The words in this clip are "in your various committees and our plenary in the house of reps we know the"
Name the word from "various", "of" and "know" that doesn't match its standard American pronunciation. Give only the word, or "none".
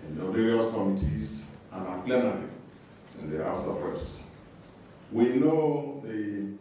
of